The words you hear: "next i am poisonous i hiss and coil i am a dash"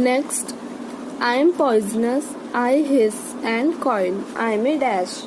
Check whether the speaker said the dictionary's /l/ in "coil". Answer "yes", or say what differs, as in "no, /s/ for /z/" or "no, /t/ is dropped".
no, /n/ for /l/